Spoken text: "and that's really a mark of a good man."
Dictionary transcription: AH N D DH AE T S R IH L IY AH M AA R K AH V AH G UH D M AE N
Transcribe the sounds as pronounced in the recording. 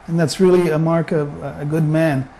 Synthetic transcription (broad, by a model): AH N DH AE T S R IH L IY AH M AA R K AH V AH G UH D M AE N